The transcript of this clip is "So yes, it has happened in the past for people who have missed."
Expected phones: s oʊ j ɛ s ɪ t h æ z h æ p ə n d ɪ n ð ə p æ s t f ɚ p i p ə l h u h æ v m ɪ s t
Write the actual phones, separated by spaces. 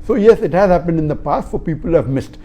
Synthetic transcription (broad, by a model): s oʊ j ɛ s ɪ t h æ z h æ p ə n d ɪ n ð ə p æ s t f ɚ p i p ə l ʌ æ v m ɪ s t